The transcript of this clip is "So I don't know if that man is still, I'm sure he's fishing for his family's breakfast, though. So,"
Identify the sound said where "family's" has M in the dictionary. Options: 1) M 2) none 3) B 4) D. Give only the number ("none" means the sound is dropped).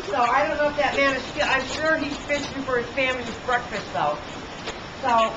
1